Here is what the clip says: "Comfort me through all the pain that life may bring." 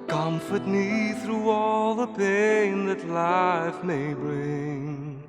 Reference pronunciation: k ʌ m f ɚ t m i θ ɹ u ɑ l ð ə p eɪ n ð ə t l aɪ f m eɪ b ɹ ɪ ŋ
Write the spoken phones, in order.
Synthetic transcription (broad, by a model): k ʌ m f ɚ t m i θ ɹ u ɑ l ð ə p eɪ n ð ə t l aɪ f m eɪ b ɹ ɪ ŋ